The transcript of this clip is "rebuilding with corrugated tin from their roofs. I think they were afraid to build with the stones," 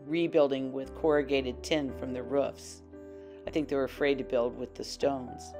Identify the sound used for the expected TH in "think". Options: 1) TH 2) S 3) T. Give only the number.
1